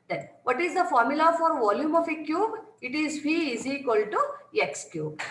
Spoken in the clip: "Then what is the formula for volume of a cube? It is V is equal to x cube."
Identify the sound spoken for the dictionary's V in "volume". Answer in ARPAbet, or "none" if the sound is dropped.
V